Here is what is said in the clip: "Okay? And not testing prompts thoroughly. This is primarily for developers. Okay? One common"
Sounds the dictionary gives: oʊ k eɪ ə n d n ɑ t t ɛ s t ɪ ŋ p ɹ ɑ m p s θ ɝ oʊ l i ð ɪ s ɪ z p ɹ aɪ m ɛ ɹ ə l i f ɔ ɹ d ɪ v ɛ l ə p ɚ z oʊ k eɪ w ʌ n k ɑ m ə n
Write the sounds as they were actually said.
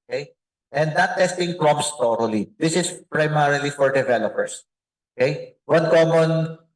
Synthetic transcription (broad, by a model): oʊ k eɪ ə n d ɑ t t ɛ s t ɪ ŋ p ɹ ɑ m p s t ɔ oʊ l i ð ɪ s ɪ s p ɹ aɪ m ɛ ɹ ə l i f ɔ ɹ d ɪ v ɛ l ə p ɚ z oʊ k eɪ w ʌ n k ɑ m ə n